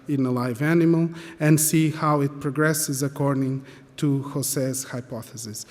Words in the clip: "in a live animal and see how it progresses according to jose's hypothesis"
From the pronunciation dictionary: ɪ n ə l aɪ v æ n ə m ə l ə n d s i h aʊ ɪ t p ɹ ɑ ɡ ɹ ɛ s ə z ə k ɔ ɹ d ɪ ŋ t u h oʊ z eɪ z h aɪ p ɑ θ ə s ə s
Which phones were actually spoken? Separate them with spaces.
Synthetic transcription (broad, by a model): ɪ n ə l aɪ v æ n ə m ə l ə n d s i h aʊ ɪ t p ɹ ɑ ɡ ɹ ɛ s ə z ə k ɔ ɹ d ɪ ŋ t u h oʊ s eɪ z h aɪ p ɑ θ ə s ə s